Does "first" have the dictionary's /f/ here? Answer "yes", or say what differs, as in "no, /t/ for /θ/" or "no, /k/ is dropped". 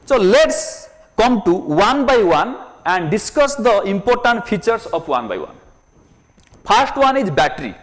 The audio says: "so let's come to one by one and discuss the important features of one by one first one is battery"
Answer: no, /p/ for /f/